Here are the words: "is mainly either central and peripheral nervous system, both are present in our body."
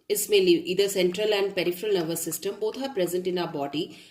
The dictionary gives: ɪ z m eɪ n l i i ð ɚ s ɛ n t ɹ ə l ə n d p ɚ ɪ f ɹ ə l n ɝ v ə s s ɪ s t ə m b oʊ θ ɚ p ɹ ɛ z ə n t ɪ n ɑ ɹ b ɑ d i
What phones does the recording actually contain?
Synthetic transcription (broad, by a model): ɪ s m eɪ l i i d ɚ s ɛ n t ɹ ə l ə n d p ɚ ɪ f ɹ ə l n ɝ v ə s s ɪ s t ə m b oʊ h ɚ p ɹ ɛ z ə n t ɪ n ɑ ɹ b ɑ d i